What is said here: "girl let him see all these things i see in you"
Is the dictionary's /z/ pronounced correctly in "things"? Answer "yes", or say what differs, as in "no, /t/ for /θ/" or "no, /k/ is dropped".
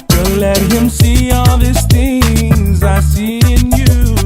yes